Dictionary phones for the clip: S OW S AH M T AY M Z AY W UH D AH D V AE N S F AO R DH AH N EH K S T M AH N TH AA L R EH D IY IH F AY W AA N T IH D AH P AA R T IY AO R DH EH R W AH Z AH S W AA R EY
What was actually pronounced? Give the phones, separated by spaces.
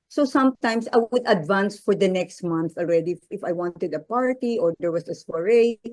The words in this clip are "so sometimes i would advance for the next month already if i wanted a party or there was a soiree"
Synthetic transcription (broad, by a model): S OW S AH M T AY M S AY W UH D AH D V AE N S F AO R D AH N EH K S T M AH N TH AA L R EH D IY IH F AY W AA N T IH D AH P AA R T IY AO R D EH R W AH S AH S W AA R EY